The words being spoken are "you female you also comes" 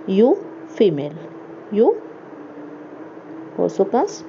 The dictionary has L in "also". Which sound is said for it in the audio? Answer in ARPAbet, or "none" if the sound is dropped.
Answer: none